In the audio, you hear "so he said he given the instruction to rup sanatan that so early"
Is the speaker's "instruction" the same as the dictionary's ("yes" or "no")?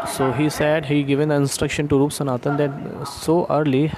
yes